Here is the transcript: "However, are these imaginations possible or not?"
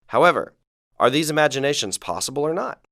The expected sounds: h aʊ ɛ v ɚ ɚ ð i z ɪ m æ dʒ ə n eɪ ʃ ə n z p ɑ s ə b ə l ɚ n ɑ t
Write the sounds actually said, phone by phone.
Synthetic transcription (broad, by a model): h aʊ ɛ v ɚ ɚ ð i z ɪ m æ dʒ ə n eɪ ʃ ə n z p ɑ s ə b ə l ɚ n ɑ t